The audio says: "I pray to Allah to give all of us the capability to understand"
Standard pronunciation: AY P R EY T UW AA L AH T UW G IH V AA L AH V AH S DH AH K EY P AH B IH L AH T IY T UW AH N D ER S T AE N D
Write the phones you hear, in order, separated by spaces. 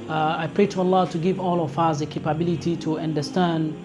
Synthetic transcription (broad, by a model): AY P R EY T UW AA L AH T UW G IH V AA L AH F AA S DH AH K EY P AH B IH L AH T IY T UW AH N D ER S T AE N D